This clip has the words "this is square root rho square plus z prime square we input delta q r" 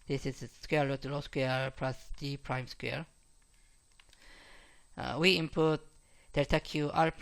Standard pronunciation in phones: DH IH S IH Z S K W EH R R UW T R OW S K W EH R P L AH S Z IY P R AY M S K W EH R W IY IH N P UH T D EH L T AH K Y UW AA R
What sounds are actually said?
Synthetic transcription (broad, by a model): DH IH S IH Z S K W EH R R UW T L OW S K W EH R P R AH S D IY P R AY M S K W EH R W IY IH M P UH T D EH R T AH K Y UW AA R